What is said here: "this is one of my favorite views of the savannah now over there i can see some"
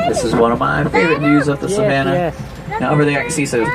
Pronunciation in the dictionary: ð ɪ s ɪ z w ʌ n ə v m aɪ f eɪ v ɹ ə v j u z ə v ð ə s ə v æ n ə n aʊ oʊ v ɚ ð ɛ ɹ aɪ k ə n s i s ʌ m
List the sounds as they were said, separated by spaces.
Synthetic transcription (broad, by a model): ð ɪ s ɪ z w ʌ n ə v m aɪ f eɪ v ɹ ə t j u z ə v ð ə s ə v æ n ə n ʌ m b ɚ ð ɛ aɪ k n s i s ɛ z